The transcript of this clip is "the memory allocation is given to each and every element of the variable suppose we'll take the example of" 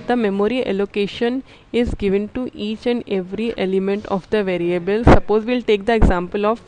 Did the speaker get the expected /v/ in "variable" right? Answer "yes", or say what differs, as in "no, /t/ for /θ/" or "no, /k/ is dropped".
yes